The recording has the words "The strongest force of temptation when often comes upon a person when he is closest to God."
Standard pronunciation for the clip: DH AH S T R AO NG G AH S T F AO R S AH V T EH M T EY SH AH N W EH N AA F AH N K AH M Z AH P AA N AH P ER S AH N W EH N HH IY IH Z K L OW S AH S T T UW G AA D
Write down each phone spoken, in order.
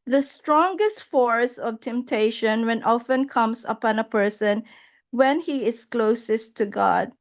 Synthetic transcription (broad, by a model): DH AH S T R AO NG G AH S T F AO R S AH V T EH M T EY SH AH N W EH N AA F AH N K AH M S AH P AA N AH P ER S AH N W EH N HH IY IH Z K L OW S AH S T T UW G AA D